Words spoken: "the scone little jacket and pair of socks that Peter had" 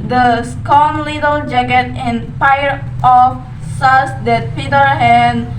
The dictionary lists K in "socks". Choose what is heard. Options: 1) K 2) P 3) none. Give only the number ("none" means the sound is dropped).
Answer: 3